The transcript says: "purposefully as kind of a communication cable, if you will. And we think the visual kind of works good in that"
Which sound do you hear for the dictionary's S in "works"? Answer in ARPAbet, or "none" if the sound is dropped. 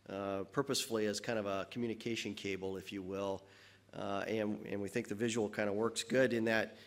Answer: S